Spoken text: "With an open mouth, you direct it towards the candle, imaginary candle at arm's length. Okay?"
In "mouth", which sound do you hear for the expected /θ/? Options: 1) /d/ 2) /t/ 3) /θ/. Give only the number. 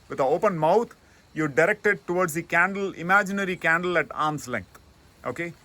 2